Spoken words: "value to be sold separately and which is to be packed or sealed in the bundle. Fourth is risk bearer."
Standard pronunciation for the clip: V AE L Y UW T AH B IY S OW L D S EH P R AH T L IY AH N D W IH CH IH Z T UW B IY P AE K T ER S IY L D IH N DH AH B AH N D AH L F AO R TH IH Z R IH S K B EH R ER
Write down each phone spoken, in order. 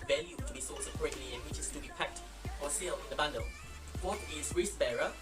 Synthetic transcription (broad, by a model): V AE L Y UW T AH B IY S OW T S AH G R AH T L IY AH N W IH CH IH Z T UW B IY P AE K T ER S IY L D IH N DH AH B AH N D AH L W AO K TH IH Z R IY S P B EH R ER